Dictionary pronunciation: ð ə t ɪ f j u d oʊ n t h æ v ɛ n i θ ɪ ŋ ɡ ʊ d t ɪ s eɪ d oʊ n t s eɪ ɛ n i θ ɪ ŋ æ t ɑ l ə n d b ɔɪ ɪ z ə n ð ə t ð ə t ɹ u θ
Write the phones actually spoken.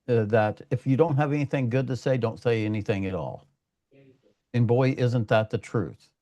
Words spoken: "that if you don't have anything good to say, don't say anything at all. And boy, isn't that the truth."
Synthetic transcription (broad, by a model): ð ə t ɪ f j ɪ d oʊ n t h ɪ v ɛ n i θ ɪ ŋ ɡ ʊ d t ɪ s eɪ d oʊ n t s eɪ ɛ n i θ ɪ ŋ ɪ t ɑ l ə n b ɔɪ ɪ z ə n ð ə t ð ə t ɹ u θ